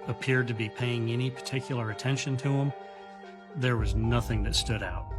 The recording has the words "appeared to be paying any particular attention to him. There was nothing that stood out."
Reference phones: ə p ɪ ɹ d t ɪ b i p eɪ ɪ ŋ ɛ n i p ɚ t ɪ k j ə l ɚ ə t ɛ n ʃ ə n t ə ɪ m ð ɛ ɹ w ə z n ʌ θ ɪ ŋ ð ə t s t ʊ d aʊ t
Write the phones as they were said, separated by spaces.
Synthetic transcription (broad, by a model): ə p ɪ ɹ d t ɪ b i p eɪ ɪ ŋ ɛ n i p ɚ t ɪ k j l ɚ ə t ɛ n ʃ ə n t ə ɪ m ð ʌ ɹ w ə z n ʌ θ ɪ ŋ ð ə t s t ʊ d aʊ t